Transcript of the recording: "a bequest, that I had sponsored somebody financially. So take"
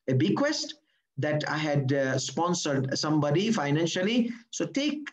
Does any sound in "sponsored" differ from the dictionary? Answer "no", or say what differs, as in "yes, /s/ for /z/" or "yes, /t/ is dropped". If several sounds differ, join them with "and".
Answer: no